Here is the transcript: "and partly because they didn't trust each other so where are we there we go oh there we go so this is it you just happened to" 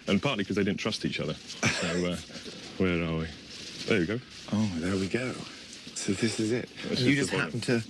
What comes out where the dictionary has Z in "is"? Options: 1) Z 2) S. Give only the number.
1